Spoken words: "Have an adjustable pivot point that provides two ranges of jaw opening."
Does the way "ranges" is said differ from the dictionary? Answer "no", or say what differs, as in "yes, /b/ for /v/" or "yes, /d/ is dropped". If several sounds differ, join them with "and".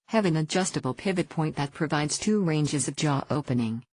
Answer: no